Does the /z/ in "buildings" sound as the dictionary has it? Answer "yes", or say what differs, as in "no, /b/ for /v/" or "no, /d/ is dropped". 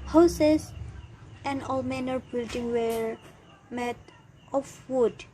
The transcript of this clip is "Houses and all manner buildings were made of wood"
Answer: no, /z/ is dropped